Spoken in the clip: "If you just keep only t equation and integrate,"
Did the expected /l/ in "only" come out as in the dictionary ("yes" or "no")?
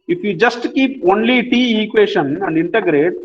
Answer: yes